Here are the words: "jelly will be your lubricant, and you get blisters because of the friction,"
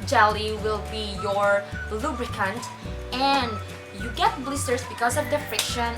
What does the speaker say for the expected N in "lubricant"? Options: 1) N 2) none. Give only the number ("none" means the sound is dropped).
1